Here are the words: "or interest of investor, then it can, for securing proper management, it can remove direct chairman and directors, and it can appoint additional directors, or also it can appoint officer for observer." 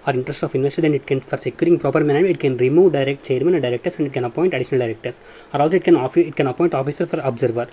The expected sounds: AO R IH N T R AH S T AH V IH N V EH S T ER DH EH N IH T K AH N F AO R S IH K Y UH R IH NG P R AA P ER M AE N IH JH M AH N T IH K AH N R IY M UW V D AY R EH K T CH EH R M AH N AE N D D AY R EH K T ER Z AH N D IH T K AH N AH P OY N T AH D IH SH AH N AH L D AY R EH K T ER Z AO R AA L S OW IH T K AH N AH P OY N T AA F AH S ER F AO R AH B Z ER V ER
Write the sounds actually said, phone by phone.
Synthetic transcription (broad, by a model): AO R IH N T R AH S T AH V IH N V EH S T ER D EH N IH T K AH N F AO R S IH K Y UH R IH NG P R AA P ER M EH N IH M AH T K AH N R IY M UW V D AY R EH K T CH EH R M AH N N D D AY R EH K T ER S AH N D IH T K AH N AH P OY N T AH D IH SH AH N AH L D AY R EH K T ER S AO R AA L S OW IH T K AH N AH P OY N T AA F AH S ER F AO R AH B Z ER V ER